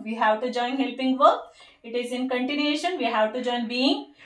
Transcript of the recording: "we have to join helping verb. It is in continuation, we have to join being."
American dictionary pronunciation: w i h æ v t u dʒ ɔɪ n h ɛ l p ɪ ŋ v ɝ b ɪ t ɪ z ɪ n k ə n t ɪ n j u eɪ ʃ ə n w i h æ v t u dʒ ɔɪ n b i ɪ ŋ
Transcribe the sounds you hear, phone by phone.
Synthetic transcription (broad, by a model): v i h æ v t u dʒ ɔɪ n h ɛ l p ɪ ŋ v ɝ ɪ t ɪ z ɪ n k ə n t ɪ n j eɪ ʃ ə n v i h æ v t u dʒ ɔɪ n b i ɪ ŋ